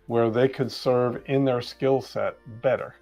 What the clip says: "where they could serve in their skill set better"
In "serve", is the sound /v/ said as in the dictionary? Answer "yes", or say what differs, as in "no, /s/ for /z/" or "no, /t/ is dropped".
yes